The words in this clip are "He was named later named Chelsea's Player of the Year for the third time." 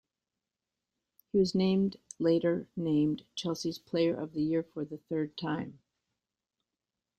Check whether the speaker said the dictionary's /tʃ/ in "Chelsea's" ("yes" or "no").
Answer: yes